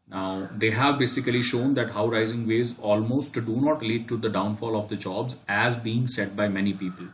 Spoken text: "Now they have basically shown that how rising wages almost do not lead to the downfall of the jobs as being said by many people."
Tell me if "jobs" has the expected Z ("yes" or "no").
yes